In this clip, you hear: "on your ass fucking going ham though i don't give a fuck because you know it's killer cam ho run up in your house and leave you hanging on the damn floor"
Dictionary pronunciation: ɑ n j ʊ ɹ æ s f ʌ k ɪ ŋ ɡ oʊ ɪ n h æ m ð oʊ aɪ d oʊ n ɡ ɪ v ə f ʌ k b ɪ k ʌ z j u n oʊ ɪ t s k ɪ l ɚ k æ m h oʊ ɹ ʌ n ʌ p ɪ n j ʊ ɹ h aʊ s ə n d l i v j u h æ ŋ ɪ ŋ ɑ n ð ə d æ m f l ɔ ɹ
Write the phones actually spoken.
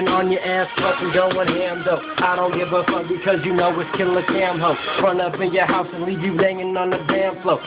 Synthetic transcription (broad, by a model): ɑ n j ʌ ɹ æ s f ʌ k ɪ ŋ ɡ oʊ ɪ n h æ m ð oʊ aɪ d oʊ n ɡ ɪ b ə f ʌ b ɪ k ʌ z j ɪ n oʊ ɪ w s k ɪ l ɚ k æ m h oʊ ɹ ʌ n ʌ p ɪ n j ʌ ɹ h aʊ s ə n l i v j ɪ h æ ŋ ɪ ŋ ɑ n ð ə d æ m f l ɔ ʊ